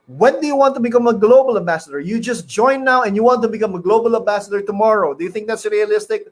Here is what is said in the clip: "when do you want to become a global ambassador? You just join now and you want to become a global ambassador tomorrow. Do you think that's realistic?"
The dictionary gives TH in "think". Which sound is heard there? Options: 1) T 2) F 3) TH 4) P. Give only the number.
3